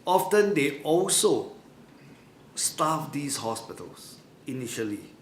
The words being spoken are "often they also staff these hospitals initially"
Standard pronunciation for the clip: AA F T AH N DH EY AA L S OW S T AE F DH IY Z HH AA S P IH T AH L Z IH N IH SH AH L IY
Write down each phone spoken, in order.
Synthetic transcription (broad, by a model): AA F T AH N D EY AA L S OW S T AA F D IY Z HH AA S P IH T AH L S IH N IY SH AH L IY